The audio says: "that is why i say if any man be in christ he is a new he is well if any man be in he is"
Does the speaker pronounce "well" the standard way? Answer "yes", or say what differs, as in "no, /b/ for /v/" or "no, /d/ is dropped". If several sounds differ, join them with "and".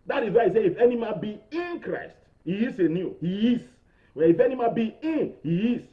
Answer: no, /n/ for /l/